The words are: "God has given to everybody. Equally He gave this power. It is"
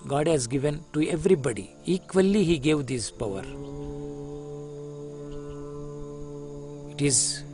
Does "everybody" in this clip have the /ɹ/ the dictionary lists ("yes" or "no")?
yes